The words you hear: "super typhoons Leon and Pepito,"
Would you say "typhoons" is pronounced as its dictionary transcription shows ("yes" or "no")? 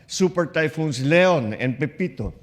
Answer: no